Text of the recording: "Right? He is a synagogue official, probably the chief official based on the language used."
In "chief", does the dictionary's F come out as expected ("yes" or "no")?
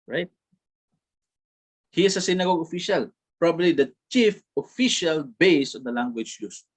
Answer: yes